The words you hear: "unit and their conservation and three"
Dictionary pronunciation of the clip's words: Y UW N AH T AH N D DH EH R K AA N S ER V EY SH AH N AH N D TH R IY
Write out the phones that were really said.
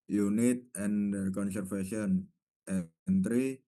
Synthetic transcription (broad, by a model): Y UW N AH T AH N D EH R K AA N S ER F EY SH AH N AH N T R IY